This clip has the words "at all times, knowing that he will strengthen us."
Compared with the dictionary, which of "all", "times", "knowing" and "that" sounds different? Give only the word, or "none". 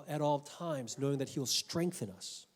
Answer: none